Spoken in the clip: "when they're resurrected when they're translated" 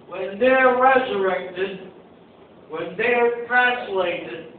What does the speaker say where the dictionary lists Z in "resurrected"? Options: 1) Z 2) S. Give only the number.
1